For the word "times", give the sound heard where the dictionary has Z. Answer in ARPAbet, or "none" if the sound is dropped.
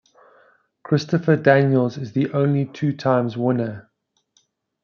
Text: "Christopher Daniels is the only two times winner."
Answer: Z